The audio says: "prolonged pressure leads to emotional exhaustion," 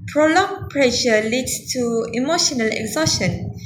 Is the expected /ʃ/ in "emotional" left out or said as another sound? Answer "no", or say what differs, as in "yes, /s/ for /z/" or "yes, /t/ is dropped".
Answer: no